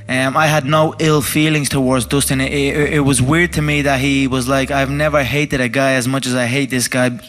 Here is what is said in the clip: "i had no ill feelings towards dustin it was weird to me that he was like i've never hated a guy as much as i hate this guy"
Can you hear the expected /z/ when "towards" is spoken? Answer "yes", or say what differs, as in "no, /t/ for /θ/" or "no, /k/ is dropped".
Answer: yes